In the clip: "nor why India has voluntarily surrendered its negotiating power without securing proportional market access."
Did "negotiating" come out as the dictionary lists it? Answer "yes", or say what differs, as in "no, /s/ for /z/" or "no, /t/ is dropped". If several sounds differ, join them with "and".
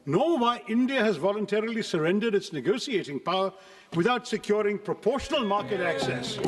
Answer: no, /s/ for /ʃ/